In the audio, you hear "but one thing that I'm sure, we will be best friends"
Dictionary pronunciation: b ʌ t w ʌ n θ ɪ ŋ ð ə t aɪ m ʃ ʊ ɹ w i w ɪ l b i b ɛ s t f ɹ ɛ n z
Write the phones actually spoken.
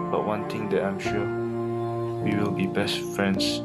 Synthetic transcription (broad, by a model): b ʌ t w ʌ n t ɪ ŋ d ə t aɪ m ʃ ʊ w i w ɪ l b i b ɛ s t f ɹ ɛ n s